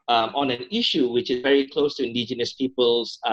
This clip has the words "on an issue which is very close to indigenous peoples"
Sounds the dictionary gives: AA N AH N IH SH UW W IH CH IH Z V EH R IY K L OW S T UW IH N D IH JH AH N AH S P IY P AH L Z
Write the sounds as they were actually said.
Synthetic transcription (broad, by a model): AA N AH N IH SH UW W IH CH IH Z V EH R IY K L OW S T UW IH N D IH JH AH N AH S P IY P AH L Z